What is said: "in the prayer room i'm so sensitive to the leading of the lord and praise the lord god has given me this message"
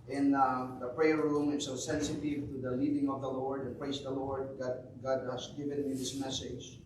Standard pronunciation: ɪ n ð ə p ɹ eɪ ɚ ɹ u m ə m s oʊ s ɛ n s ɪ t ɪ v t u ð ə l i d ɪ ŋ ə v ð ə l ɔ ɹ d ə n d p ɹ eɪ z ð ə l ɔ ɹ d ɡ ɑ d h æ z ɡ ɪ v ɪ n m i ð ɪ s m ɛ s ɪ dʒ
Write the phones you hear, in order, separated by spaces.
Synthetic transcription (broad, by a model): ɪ n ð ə p ɹ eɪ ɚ ɹ u m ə s oʊ s ɛ n s ɪ t ɪ v t u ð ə l i d ɪ ŋ ə v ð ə l ɔ ɹ d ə n p ɹ eɪ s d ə l ɔ ɹ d ɡ ɑ d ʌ s ɡ ɪ v ɪ n m i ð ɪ s m ɛ s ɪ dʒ